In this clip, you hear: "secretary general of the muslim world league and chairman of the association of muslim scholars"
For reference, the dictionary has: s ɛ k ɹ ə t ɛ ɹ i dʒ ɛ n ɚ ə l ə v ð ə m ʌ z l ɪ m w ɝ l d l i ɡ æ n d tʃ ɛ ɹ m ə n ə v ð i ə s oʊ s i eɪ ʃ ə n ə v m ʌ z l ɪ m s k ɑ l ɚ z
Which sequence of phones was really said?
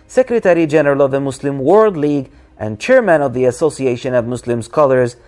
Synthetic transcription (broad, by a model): s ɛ k ɹ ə t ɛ ɹ i dʒ ɛ n ɚ ə l ə v ð ə m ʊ s l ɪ m w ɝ l d l i ɡ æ n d tʃ ɛ ɹ m ə n ə v ð i ə s oʊ s i eɪ ʃ ə n ə v m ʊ s l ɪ m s k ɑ l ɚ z